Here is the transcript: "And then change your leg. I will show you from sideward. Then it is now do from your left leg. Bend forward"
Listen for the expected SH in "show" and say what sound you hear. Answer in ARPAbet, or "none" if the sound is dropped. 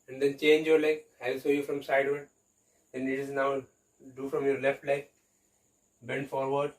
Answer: S